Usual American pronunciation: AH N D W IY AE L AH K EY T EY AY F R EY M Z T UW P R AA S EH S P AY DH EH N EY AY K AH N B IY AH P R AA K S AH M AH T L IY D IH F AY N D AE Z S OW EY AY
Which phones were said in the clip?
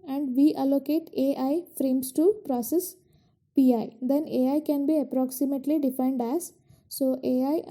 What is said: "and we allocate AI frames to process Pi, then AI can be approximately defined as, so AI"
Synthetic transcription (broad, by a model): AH N D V IY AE L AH K EY T EY AY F R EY M S T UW P R AA S EH S P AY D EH N EY AY K AH N B IY AH P R AA K S AH M AH T L IY D IH F AY N D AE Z S OW EY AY